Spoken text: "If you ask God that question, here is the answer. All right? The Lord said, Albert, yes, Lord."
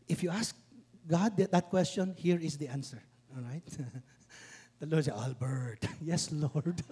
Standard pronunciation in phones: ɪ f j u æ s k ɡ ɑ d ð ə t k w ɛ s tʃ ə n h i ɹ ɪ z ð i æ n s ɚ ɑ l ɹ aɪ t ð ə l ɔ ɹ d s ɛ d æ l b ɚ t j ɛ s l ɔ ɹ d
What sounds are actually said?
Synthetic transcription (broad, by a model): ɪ f j u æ s k ɡ ɑ d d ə t k w ɛ s tʃ ə n h i ɹ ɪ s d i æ n s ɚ ɑ l ɹ aɪ t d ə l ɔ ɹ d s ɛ ɑ l b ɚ t j ɛ s l ɔ ɹ d